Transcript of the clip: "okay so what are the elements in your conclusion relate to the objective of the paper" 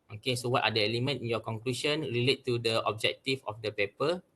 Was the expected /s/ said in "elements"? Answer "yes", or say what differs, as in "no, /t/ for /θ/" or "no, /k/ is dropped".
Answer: no, /s/ is dropped